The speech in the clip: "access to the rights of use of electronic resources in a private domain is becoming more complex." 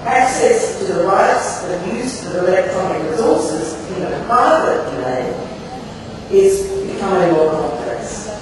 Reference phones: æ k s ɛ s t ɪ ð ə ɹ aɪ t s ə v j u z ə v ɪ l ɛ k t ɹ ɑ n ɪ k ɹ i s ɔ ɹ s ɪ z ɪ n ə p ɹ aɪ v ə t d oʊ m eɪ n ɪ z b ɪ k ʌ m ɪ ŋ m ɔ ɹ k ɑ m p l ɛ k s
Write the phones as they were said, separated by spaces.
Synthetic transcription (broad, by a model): æ k s ɛ s t ɪ ð ə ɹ aɪ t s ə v j u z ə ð ɪ l ɛ k t ɹ ɑ n ɪ k ɹ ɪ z ɔ ɹ s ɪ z ɪ n ə p ɹ aɪ v ə t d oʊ eɪ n ɪ z b ɪ k ʌ m ɪ ŋ m ɔ ɹ k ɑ m p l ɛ k s